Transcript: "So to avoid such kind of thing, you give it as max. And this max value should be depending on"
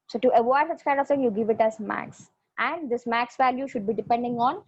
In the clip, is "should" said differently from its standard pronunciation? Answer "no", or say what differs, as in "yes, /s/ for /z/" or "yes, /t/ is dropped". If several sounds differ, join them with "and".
no